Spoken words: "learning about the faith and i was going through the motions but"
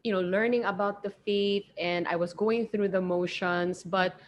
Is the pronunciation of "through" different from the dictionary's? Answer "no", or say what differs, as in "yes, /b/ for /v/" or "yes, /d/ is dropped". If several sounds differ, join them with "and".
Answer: no